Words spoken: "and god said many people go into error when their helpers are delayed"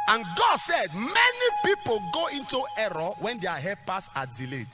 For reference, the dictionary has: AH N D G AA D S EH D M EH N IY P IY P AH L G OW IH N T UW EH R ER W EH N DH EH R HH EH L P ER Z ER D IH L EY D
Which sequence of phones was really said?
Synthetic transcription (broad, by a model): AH N G AA D S EH D M EH N IY P IY P AH L G OW IH N T UW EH R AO W EH N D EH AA HH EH P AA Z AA D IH L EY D